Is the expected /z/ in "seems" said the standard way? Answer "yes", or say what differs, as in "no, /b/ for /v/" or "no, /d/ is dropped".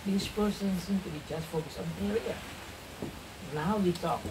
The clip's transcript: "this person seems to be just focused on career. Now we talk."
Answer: no, /z/ is dropped